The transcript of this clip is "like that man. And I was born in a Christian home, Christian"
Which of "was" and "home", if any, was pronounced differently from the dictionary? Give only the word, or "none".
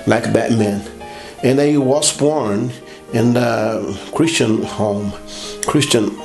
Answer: was